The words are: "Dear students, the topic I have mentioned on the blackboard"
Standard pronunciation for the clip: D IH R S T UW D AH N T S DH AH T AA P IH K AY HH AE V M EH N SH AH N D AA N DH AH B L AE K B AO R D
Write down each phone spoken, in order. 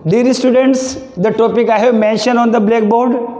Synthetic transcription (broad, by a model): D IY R S T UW D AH N T S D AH T AA P IH K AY HH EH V M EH N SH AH N AA N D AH B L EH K B AO R D